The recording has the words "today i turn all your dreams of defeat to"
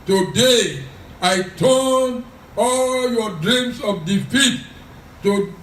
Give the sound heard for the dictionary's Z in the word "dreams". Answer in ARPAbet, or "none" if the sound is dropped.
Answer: S